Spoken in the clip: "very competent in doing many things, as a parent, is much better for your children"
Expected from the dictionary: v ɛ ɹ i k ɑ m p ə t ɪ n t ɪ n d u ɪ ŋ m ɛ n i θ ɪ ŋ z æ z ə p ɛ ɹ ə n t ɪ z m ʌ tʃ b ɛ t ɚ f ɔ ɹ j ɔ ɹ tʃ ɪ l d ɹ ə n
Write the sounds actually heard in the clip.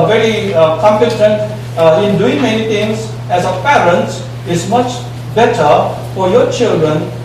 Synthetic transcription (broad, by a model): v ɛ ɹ i k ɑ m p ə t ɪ n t ɪ n d u ɪ ŋ m ɛ n i t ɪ ŋ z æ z ə p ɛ ɹ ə n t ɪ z m ʌ tʃ b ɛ t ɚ f ɔ ɹ j ɔ ɹ tʃ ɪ l d ɹ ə n